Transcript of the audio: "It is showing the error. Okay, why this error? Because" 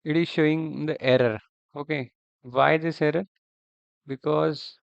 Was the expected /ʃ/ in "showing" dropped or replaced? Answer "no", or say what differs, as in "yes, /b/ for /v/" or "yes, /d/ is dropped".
no